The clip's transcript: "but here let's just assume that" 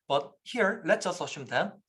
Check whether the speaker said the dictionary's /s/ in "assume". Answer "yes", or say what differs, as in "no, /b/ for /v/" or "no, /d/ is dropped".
no, /ʃ/ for /s/